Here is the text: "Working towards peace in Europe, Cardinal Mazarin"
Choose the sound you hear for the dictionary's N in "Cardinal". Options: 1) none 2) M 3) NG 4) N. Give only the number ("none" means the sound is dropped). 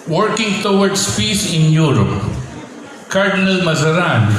4